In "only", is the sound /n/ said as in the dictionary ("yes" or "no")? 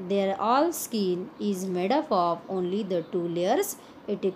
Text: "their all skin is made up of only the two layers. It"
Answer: yes